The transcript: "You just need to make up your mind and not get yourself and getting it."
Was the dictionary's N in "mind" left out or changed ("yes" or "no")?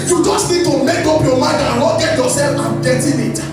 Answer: yes